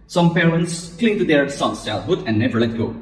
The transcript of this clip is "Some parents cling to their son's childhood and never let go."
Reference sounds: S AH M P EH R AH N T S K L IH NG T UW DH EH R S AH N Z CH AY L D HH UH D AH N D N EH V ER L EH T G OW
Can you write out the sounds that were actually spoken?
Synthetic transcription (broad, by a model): S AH M P EH R AH N T S K L IH NG T UW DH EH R S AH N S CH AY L HH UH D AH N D N EH V ER L EH T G OW